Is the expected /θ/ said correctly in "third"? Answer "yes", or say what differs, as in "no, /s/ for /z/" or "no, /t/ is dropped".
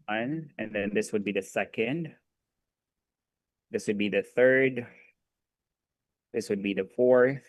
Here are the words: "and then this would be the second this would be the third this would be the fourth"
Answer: yes